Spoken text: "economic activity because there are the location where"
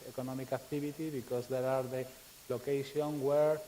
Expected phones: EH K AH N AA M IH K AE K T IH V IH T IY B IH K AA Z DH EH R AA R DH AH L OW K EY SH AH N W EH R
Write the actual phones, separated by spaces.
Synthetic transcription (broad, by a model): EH K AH N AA M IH K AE K T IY B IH T IY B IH K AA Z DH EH R AA R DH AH L OW K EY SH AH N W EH R